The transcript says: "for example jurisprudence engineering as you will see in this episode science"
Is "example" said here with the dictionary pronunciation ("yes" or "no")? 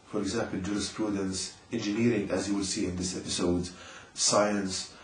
yes